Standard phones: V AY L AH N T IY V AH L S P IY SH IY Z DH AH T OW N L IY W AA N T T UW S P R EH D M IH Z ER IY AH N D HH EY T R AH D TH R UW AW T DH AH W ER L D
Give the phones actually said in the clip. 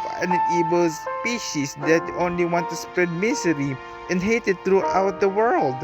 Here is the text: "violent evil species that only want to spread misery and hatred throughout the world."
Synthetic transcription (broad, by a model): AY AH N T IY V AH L S P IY SH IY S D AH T OW N L IY W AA N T T UW S P R EH D M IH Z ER IY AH N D HH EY T AH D T R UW AW T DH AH W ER L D